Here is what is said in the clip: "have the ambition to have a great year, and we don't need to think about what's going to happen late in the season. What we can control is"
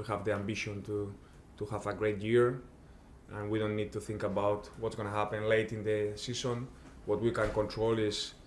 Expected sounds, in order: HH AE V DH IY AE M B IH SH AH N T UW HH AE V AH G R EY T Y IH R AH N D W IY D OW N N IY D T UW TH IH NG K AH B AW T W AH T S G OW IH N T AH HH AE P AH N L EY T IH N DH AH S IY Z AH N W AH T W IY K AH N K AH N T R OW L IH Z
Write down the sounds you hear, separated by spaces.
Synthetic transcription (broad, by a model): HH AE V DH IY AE M B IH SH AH N T UW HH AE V AH G R EY T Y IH R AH N W IY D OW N N IY D T UW TH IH NG K AH B AW T W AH T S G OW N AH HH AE P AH N L EY T IH N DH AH S IY S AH N W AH T W IY K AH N K AH N T R OW L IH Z